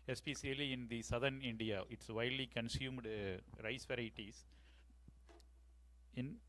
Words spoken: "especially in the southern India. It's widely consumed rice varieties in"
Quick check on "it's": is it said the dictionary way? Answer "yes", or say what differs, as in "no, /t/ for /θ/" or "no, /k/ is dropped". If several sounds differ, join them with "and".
yes